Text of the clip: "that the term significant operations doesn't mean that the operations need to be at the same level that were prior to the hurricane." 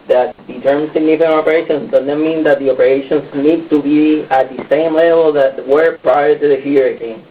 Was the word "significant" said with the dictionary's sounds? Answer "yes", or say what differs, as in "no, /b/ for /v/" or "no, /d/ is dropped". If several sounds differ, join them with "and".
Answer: no, /t/ is dropped